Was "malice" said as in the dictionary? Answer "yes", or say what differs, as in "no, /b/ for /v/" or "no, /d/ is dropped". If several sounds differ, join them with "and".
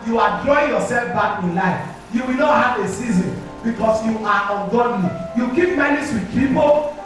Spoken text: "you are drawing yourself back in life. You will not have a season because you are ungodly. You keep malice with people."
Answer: no, /n/ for /l/